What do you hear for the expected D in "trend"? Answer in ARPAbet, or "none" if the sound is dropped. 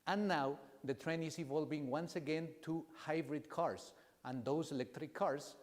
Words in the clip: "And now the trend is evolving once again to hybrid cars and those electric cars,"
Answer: none